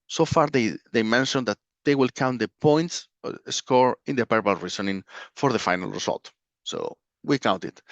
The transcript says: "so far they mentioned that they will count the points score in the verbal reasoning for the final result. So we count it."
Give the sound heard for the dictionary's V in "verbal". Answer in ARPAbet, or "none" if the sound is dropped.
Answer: P